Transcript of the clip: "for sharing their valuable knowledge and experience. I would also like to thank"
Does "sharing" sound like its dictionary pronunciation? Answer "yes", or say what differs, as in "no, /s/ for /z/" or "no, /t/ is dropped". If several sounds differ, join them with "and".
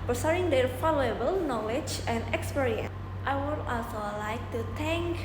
no, /s/ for /ʃ/